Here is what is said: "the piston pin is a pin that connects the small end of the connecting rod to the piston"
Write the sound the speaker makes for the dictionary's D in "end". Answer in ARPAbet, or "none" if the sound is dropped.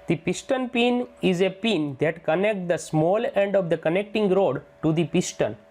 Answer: D